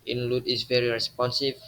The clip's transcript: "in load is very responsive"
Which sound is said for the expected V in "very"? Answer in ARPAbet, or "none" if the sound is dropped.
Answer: V